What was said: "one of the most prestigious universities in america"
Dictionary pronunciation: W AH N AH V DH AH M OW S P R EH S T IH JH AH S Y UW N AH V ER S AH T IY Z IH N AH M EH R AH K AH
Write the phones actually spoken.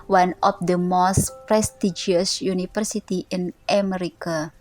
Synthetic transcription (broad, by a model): W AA N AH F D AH M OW S P R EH S T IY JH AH S Y UW N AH F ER S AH T IY IH N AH M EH R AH K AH